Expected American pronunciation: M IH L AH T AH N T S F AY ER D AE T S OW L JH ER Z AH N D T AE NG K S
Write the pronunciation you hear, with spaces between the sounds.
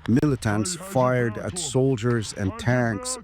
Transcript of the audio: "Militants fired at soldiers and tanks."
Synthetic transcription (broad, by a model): M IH L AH T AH N T S F AY ER D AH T S OW L JH ER Z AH N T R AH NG K S